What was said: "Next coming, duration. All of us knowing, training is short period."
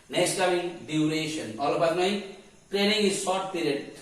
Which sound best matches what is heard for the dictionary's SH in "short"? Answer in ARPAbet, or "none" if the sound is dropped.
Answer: S